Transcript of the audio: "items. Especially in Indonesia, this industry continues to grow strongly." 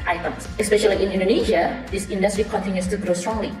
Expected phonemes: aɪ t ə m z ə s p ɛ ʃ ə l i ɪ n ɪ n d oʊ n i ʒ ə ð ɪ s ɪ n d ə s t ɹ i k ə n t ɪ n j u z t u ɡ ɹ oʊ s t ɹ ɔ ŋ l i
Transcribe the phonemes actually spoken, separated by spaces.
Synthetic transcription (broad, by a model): aɪ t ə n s ə s p ɛ ʃ ə l i ɪ n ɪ n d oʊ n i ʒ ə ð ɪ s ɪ n d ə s t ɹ i k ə n t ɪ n j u s t u ɡ ɹ oʊ s t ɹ ɔ ŋ l i